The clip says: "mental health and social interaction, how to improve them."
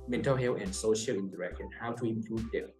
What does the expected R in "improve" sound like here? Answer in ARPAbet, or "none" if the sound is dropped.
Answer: L